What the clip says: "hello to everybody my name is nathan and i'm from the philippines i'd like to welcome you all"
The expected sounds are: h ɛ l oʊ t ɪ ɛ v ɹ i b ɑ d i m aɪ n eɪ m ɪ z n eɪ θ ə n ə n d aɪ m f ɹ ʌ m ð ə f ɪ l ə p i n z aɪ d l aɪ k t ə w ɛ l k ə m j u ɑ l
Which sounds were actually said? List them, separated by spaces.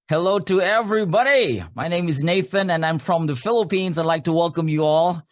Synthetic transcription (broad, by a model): h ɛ l oʊ t ɪ ɛ v ɹ i b ɑ d i m aɪ n eɪ m ɪ z n eɪ θ ə n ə n aɪ m f ɹ ʌ m ð ə f ɪ l ə p i n z aɪ d l aɪ k t ə w ɛ l k ə m j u ɑ l